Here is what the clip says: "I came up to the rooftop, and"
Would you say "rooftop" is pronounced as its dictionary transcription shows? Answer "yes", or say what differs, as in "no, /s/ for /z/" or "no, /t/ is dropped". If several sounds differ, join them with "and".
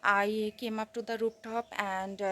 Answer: no, /p/ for /f/